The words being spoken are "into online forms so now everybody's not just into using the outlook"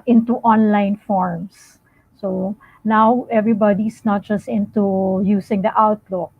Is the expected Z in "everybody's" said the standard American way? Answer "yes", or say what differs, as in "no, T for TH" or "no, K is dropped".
no, S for Z